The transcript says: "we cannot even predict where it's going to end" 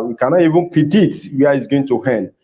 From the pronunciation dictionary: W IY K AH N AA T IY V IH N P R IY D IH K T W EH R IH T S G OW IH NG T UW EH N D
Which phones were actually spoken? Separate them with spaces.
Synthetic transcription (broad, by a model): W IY K AH N AA T IY V IH N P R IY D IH T W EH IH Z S G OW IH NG T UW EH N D